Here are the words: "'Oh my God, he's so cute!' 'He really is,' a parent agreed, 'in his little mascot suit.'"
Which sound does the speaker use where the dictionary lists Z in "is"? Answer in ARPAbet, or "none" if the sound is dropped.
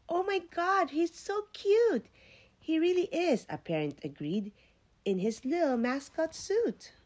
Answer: Z